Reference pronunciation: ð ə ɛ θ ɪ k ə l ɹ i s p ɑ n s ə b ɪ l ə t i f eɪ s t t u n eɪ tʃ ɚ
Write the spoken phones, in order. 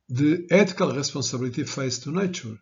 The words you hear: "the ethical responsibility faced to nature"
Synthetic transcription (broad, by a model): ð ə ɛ t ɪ k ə l ɹ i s p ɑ s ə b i l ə t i f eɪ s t t u n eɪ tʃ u